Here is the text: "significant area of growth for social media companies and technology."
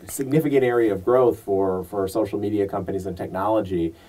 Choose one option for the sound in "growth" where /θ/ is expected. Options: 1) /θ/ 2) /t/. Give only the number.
1